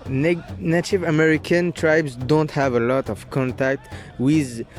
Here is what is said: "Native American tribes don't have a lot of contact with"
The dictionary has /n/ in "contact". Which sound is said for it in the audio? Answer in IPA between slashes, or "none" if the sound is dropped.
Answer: /n/